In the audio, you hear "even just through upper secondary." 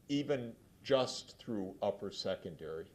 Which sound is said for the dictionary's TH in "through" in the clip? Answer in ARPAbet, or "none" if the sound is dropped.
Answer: TH